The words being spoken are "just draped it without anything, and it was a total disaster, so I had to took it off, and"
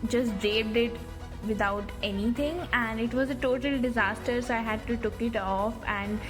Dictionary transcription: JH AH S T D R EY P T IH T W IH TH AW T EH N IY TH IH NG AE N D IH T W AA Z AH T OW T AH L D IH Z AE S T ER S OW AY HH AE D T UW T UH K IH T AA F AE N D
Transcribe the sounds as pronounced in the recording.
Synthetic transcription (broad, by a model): JH AH S T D EY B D IH T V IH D AW T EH N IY T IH NG AE N D IH T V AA Z AH T OW T AH L D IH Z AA S T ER S OW AY HH AE D T UW T UH K IH T AA F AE N D